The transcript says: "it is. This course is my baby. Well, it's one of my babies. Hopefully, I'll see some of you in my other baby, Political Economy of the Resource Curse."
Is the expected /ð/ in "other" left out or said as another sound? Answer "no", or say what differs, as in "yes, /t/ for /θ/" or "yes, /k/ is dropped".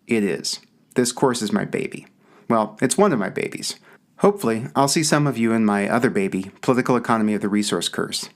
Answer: no